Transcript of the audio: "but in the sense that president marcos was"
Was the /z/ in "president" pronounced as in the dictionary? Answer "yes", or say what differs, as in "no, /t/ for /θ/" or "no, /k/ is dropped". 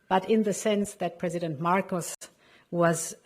yes